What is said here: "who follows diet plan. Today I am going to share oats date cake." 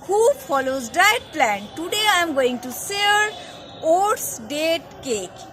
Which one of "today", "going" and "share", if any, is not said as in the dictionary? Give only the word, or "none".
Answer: share